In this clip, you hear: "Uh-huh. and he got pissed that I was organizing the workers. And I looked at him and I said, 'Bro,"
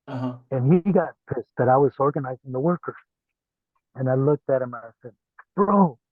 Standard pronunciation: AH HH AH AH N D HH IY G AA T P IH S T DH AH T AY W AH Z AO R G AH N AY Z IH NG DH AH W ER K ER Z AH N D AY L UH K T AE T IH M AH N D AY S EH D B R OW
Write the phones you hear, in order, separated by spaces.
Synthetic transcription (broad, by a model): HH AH N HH IY G AA T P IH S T DH AH T AY W AH Z AO R G AH N AY Z IH NG DH AH W ER K ER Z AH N AY L UH K T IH T IH M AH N AY S EH D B R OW